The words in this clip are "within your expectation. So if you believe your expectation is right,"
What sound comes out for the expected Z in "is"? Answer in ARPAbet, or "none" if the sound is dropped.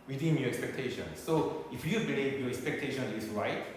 S